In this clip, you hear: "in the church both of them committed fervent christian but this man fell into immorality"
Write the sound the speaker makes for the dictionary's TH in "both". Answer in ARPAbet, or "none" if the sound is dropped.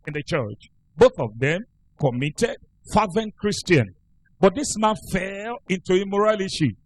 TH